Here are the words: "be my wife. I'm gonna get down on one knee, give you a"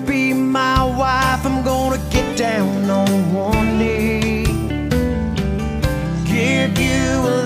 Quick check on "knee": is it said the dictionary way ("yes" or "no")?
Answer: no